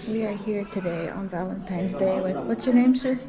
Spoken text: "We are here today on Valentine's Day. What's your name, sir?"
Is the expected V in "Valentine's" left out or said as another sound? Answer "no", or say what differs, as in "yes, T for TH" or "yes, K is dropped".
no